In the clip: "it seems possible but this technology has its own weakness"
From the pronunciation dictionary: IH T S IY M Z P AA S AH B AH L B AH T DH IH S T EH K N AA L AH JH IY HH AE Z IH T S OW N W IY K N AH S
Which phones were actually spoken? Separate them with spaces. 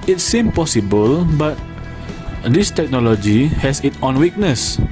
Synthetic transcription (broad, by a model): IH T S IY M P AA S AH B AH L B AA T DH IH S T EH K N AA L AH JH IY HH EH S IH T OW N W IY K N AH S